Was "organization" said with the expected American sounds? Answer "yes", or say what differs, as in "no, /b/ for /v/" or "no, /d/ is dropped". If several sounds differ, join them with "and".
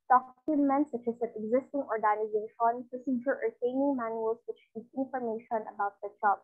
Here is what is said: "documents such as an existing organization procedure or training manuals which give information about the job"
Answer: yes